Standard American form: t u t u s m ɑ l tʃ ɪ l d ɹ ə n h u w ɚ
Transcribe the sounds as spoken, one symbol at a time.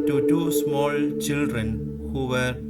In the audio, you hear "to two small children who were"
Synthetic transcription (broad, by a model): t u t u s m ɑ l tʃ ɪ l d ɹ ə n h u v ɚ